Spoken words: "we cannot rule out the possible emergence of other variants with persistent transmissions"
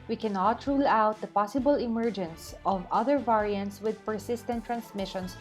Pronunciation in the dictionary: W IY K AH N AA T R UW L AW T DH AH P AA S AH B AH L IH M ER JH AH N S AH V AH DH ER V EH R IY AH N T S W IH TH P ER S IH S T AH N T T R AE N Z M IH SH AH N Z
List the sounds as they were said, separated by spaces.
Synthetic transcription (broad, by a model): W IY K AH N AA T R UW L AW T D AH P AA S AH B AH L IH M ER JH AH N S AH V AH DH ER V EH R IY AH N T S W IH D P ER S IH S T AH N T T R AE N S M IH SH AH N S